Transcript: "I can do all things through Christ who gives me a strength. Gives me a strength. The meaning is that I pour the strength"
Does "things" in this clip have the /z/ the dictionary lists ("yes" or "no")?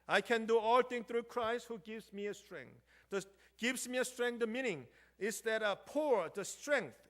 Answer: no